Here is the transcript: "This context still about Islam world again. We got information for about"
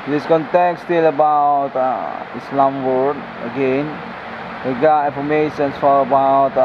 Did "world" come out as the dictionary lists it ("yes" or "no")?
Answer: no